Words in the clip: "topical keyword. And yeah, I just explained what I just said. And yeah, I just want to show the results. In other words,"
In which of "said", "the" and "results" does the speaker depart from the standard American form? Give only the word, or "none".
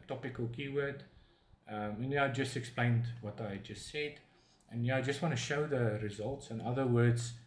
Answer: none